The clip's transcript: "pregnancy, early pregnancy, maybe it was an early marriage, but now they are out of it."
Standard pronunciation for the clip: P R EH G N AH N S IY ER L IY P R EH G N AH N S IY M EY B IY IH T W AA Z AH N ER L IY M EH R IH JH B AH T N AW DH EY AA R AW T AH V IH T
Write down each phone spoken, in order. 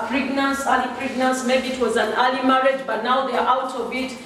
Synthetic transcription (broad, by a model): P R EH G N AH N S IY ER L IY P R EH G N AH N S M EY B IY T W AA Z AH N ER L IY M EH R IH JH B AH T N AW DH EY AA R AW T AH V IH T